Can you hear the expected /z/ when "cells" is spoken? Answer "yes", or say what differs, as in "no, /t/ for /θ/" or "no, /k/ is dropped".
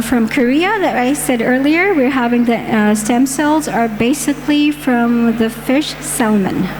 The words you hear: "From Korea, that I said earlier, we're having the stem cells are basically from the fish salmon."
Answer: yes